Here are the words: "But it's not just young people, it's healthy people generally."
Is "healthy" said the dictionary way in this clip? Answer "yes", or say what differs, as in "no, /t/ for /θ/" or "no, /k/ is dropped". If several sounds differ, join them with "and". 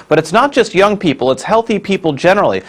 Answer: yes